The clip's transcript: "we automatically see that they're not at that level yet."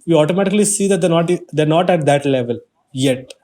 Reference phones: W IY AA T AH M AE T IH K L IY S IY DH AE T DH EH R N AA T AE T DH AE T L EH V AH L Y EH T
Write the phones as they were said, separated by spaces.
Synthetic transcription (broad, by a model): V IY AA T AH M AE T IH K L IY S IY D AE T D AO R N AA T AE T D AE T L EH V AH L Y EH T